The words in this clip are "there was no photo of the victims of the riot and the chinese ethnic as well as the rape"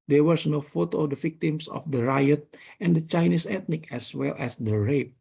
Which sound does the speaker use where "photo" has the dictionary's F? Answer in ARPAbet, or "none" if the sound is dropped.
F